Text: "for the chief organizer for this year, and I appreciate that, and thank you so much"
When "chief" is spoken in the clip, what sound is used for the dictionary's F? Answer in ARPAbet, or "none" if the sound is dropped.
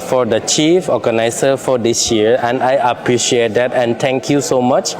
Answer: F